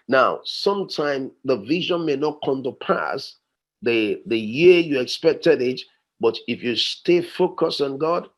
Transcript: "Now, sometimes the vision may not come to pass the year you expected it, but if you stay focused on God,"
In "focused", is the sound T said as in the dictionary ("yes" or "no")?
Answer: no